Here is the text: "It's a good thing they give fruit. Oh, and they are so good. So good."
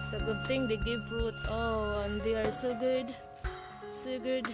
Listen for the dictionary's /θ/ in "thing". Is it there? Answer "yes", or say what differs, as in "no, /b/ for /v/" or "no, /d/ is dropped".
no, /t/ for /θ/